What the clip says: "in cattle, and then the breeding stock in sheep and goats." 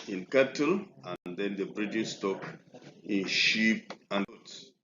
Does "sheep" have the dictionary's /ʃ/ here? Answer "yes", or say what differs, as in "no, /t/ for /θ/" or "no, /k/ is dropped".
yes